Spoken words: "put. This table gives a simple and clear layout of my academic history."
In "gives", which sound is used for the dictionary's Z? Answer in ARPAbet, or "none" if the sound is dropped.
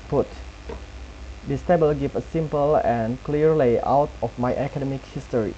none